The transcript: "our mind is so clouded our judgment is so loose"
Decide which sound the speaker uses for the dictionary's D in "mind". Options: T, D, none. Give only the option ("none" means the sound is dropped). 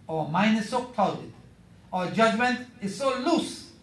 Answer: none